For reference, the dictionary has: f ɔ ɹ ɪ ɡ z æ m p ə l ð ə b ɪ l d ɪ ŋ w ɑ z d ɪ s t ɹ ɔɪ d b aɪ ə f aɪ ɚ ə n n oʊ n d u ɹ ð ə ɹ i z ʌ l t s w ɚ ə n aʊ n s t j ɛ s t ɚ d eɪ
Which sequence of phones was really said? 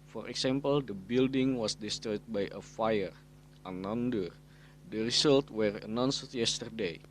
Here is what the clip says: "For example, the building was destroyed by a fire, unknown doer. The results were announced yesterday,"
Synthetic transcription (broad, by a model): f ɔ ɹ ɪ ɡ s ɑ m p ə l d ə b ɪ l d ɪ ŋ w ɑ s d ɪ s t ɹ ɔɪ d b aɪ ə f aɪ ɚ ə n n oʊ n d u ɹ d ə ɹ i s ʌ l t w ɚ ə n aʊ n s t j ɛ s t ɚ d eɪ